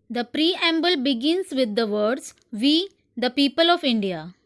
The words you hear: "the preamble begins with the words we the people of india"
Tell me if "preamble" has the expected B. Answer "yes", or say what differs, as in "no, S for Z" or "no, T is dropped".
yes